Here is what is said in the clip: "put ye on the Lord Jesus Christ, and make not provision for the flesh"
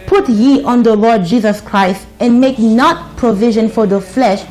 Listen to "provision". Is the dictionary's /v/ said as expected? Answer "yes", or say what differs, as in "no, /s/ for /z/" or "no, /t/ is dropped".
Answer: yes